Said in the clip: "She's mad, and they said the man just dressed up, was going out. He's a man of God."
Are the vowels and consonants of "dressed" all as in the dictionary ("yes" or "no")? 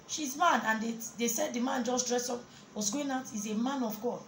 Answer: no